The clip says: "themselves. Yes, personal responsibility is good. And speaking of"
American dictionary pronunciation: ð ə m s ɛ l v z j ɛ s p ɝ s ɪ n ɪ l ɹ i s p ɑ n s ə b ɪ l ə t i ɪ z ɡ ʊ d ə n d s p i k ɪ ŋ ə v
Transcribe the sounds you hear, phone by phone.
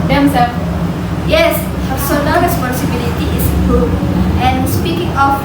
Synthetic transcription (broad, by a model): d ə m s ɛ j ɛ s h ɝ s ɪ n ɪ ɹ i s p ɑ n s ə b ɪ l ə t i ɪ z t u ə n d s p i k ɪ ŋ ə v